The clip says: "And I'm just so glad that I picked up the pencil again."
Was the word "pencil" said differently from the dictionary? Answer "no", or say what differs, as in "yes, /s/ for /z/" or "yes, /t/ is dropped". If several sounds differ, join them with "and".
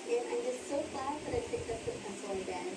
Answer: yes, /n/ is dropped